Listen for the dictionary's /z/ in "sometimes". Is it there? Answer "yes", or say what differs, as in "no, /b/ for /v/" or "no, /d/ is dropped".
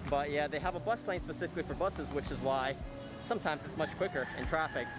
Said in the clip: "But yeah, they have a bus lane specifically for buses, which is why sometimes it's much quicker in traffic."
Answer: yes